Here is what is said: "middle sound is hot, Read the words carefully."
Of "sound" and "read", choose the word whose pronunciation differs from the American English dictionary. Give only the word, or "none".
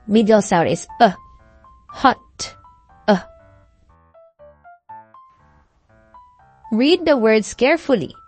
sound